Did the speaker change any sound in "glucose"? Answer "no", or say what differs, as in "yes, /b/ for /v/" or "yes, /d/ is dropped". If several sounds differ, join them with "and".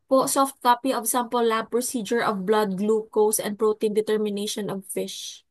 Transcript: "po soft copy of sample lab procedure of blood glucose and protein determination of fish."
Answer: no